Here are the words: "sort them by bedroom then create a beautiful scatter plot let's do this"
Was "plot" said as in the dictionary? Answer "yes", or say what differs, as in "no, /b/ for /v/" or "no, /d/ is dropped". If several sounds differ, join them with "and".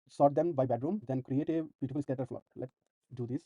no, /f/ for /p/